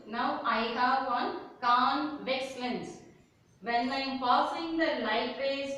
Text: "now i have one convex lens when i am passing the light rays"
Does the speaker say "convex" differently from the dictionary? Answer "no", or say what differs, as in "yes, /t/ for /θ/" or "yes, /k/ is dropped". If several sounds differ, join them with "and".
no